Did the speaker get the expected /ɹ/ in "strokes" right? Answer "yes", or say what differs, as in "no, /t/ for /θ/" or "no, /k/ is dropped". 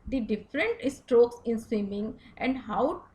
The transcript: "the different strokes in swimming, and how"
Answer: yes